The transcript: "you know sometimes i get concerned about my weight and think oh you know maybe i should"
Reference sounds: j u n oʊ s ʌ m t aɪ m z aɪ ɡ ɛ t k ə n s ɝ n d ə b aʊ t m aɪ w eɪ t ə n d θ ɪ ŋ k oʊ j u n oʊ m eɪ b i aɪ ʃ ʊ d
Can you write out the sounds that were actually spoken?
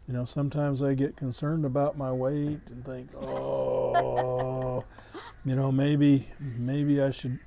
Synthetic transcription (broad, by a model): j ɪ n oʊ s ʌ m t aɪ m z aɪ ɡ ɛ t k ə n s ɝ n d ə b aʊ t m aɪ w eɪ t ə n θ ɪ ŋ k oʊ j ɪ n oʊ m eɪ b i aɪ ʃ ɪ d